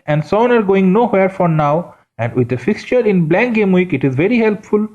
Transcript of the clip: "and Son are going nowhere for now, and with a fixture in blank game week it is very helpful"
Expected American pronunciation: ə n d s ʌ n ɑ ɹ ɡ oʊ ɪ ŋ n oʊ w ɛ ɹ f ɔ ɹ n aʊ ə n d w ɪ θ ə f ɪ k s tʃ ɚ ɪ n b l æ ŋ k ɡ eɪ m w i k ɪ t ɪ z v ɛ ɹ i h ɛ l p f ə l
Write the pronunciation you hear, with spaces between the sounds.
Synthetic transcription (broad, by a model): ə n d s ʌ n ɑ ɹ ɡ oʊ ɪ ŋ n oʊ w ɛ ɹ f ɔ ɹ n aʊ ə n d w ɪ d ə f ɪ k s tʃ ɚ ɪ n b l æ ŋ k ɡ eɪ m w i k ɪ t ɪ z v ɛ ɹ i h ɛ l p f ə l